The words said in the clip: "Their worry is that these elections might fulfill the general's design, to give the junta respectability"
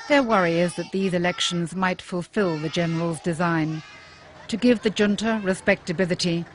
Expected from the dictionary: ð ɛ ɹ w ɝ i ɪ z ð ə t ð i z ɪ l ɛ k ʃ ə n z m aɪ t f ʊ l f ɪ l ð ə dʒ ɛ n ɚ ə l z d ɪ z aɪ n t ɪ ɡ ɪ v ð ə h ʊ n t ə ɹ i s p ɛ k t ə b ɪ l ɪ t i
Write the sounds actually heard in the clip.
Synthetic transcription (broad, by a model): ð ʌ ɹ w ɝ i ɪ z ð ə t ð i z ɪ l ɛ k ʃ ə n z m aɪ t f ʊ l f ɪ l ð ə dʒ ɛ n ɚ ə l z d ɪ z aɪ n t ɪ ɡ ɪ v ð ə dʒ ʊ n t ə ɹ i s p ɛ k t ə b ɪ l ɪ t i